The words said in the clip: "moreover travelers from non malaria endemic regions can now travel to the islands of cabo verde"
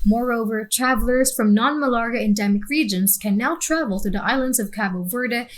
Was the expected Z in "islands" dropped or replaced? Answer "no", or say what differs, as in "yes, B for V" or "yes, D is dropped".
no